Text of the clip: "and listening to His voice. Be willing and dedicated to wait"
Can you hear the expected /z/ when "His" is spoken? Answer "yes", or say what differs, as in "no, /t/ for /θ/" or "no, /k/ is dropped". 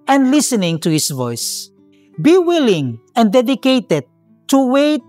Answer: no, /s/ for /z/